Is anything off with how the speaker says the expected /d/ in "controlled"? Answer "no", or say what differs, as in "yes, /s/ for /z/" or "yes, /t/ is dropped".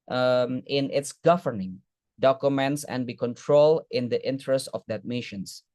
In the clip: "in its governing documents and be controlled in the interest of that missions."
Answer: yes, /d/ is dropped